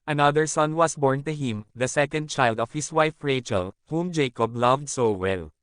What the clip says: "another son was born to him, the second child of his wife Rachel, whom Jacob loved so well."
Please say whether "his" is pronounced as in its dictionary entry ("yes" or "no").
no